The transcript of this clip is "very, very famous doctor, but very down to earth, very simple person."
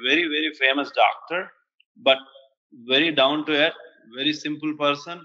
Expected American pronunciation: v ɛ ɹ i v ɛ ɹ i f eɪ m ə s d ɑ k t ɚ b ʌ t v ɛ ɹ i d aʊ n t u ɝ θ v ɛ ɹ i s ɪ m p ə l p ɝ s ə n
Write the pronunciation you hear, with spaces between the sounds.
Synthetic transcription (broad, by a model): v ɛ ɹ i v ɛ ɹ i f eɪ m ə s d ɑ k t ɚ b ʌ t v ɛ ɹ i d aʊ n t u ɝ t v ɛ ɹ i s ɪ m p ə l p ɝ s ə n